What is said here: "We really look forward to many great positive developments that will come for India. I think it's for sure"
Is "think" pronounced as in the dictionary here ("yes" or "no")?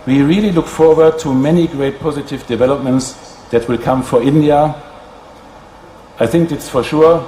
yes